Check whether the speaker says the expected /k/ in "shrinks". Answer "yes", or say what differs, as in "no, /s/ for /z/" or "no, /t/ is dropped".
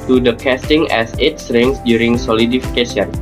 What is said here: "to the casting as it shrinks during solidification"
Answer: no, /k/ is dropped